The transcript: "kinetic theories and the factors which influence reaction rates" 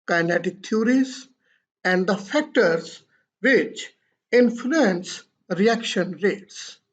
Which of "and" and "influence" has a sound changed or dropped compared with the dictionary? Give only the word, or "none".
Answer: none